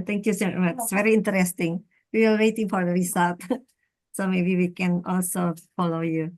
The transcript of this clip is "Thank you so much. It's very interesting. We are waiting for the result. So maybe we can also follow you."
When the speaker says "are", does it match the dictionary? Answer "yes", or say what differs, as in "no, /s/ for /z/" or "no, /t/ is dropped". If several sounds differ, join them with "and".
no, /l/ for /ɹ/